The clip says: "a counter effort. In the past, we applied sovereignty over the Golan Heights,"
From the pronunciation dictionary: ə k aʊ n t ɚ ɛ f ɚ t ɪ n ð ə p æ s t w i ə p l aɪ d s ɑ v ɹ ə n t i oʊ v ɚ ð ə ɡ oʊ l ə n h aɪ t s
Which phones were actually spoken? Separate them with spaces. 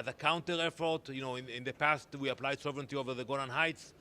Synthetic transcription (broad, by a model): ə k aʊ n t ɚ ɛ f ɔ t ɪ n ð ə p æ s t w i ə p l aɪ d s ɑ v ɹ ə n t i oʊ v ɚ ð ə ɡ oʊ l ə n h aɪ t s